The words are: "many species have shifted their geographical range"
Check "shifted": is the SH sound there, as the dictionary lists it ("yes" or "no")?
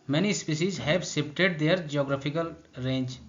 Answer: no